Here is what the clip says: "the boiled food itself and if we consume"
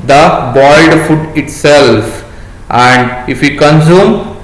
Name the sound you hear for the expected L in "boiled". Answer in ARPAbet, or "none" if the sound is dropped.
none